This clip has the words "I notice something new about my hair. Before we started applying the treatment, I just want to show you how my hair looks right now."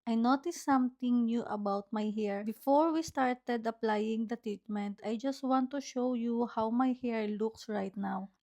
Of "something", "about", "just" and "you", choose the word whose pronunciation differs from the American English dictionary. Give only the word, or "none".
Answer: something